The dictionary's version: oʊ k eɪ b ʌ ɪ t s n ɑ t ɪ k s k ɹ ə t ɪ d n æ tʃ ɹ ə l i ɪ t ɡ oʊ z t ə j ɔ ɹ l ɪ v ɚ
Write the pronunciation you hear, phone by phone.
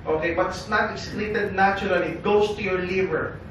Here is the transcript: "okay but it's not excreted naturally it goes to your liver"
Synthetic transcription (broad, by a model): oʊ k eɪ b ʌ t s n ɑ t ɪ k s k l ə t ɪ d n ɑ tʃ ɹ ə l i ɪ t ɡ oʊ s t ə j ɔ ɹ l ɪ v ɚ